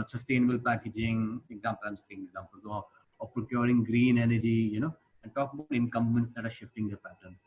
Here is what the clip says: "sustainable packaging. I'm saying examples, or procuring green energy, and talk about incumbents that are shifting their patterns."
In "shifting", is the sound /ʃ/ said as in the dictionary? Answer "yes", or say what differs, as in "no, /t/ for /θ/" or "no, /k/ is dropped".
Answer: yes